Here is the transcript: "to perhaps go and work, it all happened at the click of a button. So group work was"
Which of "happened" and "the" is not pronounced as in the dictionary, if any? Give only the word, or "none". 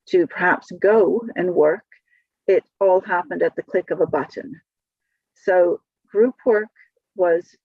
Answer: none